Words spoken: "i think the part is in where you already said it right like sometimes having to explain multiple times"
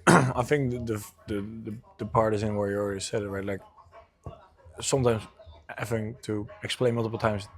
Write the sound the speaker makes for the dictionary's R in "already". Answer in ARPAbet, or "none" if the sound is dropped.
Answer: L